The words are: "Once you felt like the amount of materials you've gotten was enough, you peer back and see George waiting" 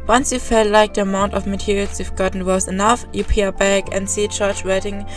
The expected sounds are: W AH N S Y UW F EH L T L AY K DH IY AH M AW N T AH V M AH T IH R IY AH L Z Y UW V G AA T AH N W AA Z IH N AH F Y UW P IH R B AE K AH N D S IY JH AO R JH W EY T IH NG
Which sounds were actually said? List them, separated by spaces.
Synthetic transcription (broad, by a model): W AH N S Y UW F EH L T L AY K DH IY AH M AW N T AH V M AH T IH R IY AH L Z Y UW F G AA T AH N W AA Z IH N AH F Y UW P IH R B AE K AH N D S IY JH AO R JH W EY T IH NG